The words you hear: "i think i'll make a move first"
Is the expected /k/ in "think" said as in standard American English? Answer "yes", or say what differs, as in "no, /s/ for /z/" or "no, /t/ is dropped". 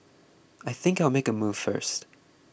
yes